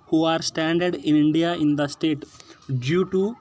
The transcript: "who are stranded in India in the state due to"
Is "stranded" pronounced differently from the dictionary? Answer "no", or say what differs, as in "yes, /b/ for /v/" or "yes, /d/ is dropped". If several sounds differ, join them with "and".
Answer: yes, /ɹ/ is dropped